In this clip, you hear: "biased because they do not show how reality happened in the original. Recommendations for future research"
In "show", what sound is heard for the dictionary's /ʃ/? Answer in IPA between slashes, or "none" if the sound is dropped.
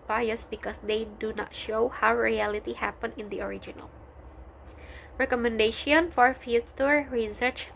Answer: /ʃ/